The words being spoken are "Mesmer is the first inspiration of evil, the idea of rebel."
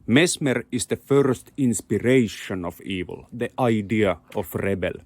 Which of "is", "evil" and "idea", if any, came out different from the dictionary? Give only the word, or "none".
is